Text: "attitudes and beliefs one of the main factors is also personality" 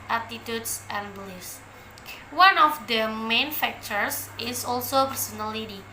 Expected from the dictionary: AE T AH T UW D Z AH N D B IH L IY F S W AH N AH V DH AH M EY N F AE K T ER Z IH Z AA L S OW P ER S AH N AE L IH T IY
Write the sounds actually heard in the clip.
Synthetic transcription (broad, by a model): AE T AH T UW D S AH N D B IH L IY S W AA N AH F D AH M EY N F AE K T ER S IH S AA L S OW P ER S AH N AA L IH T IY